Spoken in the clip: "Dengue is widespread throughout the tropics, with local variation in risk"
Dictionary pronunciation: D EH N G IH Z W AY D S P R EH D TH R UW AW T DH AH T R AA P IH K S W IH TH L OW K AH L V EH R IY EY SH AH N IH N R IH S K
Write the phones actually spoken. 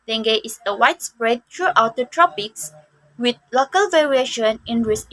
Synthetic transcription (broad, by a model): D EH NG G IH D W AY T S P R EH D T R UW AW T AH T R AA P IH K S W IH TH L OW K AH L V EH R IY EY SH AH N IH N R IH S